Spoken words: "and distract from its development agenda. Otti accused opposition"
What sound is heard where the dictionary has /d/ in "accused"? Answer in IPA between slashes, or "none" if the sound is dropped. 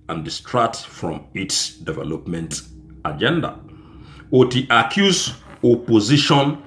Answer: none